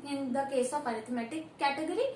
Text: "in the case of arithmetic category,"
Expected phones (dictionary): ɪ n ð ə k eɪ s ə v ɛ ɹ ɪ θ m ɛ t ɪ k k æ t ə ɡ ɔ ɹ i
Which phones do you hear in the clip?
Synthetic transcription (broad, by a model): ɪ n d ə k eɪ s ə p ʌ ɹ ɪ t m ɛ t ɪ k k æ t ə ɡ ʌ ɹ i